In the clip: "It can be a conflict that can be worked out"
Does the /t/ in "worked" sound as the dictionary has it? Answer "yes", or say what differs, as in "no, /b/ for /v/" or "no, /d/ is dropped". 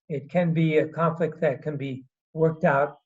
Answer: yes